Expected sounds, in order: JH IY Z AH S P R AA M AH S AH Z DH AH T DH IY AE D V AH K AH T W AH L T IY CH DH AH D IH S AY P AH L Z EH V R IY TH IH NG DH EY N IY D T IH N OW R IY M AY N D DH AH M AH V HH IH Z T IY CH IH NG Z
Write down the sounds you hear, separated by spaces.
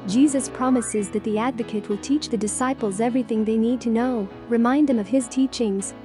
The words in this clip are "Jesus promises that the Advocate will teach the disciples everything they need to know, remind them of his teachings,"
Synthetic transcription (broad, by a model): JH IY Z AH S P R AA M AH S AH Z DH AH T DH IY AE D V AH K AH T W AH L T IY CH DH AH D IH S AY P L Z EH V R IY TH IH NG DH EY N IY D T IH N OW R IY M AY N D DH AH M AH V IH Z T IY CH IH NG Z